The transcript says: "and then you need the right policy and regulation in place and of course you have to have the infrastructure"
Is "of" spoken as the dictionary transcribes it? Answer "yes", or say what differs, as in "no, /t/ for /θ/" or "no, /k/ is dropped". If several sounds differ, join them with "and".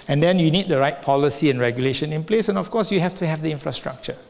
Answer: no, /f/ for /v/